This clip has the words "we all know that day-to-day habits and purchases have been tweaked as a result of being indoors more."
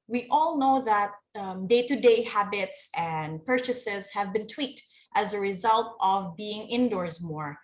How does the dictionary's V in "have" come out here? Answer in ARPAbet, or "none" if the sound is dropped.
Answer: V